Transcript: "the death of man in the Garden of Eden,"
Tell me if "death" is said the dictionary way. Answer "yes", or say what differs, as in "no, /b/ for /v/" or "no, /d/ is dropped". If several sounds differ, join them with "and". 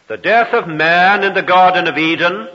yes